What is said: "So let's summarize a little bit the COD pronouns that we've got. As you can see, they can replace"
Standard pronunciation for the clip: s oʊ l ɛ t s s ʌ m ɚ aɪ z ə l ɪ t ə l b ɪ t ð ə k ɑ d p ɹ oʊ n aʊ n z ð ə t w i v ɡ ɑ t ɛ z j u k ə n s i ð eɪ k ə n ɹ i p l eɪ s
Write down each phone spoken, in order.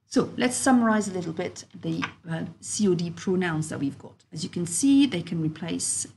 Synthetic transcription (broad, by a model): s oʊ l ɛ t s s ʌ m ɚ aɪ z ə l ɪ t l b ɪ t ð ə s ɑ d p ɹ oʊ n aʊ n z ð ə t w i v ɡ ɑ t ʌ z j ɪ k ə n s i ð eɪ k ə n ɹ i p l eɪ s